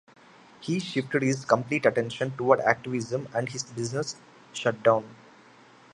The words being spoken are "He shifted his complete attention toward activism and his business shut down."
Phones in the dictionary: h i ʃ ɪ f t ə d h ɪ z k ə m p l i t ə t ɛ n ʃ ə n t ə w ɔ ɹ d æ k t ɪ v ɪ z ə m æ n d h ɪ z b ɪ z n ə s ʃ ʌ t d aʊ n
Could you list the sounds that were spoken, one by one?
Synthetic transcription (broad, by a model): h i ʃ ɪ f t ə d h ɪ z k ə m p l i t ə t ɛ n ʃ ə n t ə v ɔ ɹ d æ k t ɪ v ɪ z ə m æ n d h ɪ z b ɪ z n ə s ʃ ʌ t d aʊ n